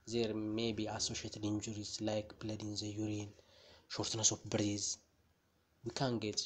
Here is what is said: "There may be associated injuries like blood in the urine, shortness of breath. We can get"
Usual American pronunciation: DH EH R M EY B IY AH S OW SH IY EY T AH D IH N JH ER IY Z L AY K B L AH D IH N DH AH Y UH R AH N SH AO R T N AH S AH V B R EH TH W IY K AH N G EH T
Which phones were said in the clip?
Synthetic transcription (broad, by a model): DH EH R M EY B IY AH S OW SH IY EY T AH D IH N JH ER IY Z L AY K B L AH D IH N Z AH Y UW R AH N SH AO R T N AH S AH P B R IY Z W IY K AH N G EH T